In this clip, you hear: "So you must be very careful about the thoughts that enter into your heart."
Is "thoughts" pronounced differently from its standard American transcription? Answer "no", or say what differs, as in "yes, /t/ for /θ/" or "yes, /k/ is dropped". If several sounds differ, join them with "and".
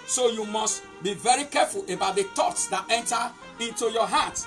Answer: yes, /t/ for /θ/